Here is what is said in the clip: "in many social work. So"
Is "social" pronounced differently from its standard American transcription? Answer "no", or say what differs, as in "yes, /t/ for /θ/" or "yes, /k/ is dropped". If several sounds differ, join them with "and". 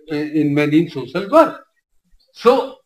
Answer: yes, /s/ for /ʃ/